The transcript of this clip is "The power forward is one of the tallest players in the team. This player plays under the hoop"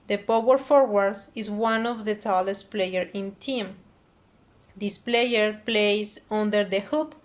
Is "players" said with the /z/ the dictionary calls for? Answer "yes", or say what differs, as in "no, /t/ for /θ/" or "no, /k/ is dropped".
no, /z/ is dropped